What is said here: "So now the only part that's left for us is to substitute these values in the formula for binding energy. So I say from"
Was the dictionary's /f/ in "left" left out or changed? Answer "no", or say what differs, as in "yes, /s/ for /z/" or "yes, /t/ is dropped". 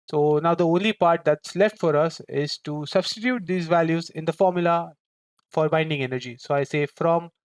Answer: no